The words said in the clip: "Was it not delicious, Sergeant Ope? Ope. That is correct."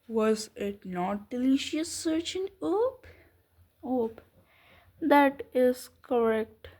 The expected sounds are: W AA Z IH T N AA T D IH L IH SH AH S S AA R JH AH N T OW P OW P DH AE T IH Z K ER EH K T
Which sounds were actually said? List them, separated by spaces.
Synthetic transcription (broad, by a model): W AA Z IH T N AA T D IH L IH SH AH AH S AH R CH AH N OW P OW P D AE T IH Z K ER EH K T